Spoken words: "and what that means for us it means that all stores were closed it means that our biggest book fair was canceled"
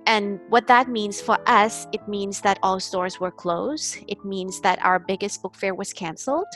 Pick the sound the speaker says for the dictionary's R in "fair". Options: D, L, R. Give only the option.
R